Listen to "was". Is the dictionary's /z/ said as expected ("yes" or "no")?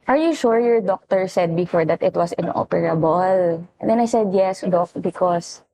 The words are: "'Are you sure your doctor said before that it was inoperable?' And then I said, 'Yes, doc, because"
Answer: no